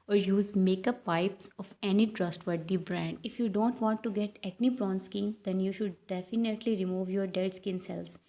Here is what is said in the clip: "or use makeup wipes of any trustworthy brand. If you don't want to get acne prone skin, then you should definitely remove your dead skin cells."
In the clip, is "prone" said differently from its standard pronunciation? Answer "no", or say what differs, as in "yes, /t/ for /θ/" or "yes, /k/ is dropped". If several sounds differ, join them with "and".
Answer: yes, /b/ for /p/